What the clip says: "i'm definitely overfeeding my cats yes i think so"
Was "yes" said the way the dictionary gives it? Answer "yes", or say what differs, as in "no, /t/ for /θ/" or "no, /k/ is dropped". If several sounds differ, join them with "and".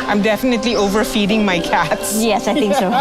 yes